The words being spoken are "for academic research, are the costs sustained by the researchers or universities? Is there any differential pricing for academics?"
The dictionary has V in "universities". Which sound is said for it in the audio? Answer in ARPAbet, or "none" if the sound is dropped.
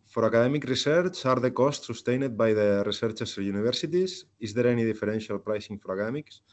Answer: B